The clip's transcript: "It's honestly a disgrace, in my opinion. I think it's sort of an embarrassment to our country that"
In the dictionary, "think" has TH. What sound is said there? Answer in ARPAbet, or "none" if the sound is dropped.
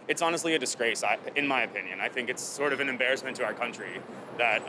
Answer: TH